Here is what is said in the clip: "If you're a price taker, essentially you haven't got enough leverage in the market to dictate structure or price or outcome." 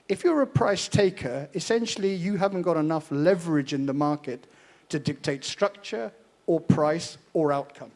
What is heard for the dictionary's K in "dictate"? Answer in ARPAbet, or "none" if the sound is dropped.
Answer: K